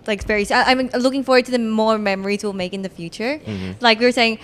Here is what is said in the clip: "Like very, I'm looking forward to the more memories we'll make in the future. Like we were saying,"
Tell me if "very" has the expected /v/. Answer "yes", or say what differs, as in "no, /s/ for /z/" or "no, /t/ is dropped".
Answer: no, /p/ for /v/